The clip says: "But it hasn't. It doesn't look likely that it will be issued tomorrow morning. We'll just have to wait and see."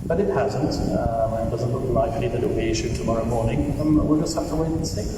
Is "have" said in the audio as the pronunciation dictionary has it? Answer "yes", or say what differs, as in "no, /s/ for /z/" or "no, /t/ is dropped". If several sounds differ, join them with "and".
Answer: no, /f/ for /v/